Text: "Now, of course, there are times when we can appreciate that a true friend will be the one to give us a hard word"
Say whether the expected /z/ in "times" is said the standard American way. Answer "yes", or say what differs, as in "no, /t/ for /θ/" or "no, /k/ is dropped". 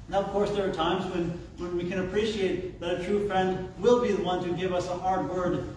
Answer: yes